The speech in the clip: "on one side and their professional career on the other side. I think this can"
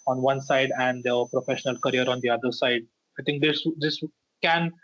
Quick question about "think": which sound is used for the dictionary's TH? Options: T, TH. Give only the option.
T